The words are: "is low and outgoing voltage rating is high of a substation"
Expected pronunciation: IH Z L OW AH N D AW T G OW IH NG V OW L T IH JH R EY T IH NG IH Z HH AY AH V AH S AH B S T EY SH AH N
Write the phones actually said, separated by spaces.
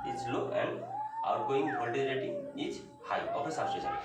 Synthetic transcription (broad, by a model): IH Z L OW AH N D AW T G OW IH NG B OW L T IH R EY T IH NG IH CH HH AY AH P AH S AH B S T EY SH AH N